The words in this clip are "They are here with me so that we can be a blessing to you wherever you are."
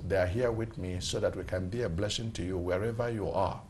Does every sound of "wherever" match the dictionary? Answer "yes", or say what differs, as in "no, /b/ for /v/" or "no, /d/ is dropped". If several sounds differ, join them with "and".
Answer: yes